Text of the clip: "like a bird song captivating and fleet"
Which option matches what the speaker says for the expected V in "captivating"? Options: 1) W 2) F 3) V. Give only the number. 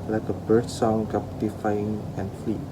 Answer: 2